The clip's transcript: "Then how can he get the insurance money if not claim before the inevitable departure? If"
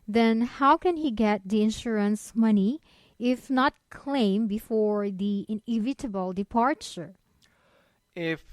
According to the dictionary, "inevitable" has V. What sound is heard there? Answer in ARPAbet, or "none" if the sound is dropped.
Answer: V